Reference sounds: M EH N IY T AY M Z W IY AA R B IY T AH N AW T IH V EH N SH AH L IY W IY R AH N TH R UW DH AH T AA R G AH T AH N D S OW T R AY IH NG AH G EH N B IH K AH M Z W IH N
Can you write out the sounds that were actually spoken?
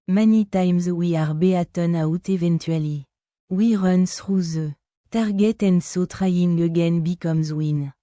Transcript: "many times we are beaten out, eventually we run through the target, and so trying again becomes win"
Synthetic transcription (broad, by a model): M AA N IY T AY M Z W IY AA R B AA T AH N AW T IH V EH N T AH L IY W IY R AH N S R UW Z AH T AA R G AH T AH N S OW T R AY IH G AH G EH N B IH K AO M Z W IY N